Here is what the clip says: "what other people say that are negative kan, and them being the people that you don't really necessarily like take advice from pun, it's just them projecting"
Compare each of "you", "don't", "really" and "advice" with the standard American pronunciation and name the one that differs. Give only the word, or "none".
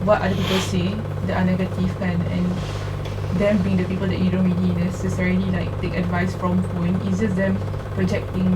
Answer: really